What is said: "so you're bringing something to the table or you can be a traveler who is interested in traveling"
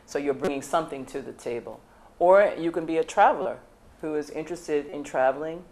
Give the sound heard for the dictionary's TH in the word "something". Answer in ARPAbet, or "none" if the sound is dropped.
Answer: TH